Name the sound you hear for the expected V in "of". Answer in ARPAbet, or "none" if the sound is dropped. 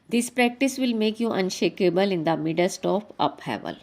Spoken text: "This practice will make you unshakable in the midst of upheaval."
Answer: P